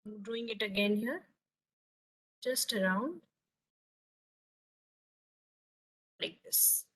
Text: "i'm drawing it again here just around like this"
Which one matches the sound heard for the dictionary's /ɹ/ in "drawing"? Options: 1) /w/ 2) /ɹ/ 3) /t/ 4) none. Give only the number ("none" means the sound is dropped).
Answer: 4